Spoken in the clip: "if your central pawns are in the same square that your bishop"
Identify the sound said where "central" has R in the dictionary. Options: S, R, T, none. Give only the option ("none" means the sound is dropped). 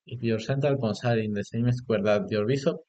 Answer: none